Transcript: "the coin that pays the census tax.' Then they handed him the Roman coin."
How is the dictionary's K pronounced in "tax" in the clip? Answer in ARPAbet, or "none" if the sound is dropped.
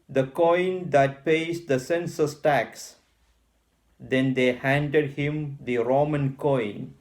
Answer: K